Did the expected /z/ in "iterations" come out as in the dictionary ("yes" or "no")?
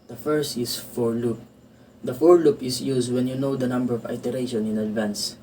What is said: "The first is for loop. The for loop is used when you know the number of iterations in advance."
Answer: no